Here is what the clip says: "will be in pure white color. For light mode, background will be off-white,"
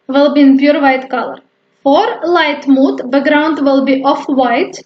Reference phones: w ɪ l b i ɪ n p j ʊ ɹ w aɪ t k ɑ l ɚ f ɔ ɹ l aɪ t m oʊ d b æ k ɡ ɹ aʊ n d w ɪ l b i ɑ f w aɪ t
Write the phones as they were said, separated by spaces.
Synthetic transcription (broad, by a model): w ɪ l b i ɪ n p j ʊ ɹ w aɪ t k ɑ l ɚ f ɔ ɹ l aɪ t m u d b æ ɡ ɹ aʊ n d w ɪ l b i ɑ f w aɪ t